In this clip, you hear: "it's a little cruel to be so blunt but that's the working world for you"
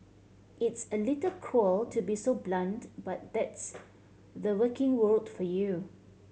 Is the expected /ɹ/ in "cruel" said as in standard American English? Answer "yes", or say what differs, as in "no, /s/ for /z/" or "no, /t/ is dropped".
no, /ɹ/ is dropped